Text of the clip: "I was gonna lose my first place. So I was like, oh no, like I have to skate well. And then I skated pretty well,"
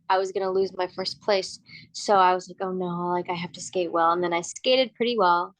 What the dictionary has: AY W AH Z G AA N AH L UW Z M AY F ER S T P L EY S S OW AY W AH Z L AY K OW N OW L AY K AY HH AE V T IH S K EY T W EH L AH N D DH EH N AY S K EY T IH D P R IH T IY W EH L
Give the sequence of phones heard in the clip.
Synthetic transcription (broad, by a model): AY W AH Z G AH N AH L UW Z M AY F ER S P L EY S S OW AY W AH Z L AY K OW N OW L AY K AY HH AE F T IH S K EY T W EH L AH N DH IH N AY S K EY T IH D P R IH T IY W EH L